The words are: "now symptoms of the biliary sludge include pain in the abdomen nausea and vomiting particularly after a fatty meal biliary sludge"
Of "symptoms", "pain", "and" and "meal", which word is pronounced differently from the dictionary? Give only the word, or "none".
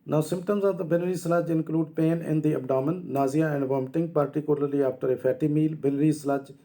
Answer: none